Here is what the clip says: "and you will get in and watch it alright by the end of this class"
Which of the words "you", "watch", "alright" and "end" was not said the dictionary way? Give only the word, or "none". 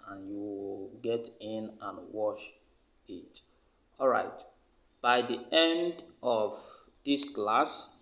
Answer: watch